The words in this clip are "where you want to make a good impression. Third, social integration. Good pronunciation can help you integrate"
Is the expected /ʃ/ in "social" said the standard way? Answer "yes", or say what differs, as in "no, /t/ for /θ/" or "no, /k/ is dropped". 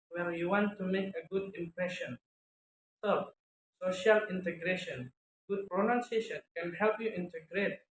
yes